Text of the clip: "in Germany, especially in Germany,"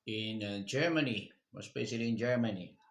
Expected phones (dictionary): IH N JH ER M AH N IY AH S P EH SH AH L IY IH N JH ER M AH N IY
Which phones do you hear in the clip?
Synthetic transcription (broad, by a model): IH N JH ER M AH N IY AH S B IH S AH L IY IH N JH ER M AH N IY